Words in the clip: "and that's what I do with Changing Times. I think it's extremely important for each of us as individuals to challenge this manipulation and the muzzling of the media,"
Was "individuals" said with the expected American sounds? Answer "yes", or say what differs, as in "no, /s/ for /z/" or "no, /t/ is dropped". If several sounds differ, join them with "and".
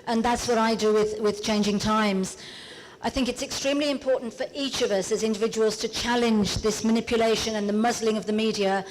yes